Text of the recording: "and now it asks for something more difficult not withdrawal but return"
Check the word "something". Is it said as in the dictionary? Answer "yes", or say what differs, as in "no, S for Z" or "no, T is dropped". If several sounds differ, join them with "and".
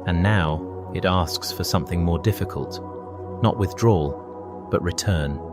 yes